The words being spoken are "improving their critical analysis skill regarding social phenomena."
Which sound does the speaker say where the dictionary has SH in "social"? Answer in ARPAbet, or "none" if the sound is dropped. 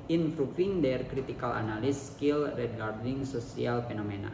S